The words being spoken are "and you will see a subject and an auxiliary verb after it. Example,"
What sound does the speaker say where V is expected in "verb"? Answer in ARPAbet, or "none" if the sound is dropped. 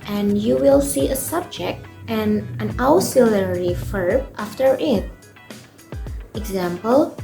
F